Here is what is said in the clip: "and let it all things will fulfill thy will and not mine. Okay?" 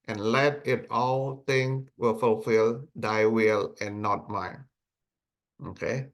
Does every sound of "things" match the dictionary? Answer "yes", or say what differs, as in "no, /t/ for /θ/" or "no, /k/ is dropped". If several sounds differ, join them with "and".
no, /t/ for /θ/ and /z/ is dropped